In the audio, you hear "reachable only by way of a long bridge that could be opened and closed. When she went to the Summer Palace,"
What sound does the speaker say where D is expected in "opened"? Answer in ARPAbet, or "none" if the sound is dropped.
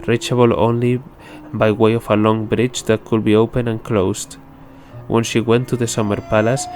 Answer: none